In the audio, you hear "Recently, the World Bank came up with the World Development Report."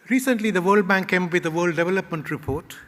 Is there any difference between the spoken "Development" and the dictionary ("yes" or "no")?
no